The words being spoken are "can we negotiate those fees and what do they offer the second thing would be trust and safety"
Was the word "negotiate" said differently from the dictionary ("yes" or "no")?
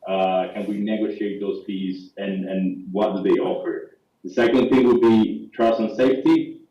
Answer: no